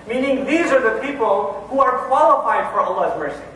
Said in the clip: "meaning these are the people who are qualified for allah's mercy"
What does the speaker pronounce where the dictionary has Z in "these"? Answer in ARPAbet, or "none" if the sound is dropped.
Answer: Z